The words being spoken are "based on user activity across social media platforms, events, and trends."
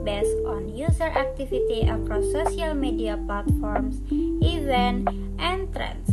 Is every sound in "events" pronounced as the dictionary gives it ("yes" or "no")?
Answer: no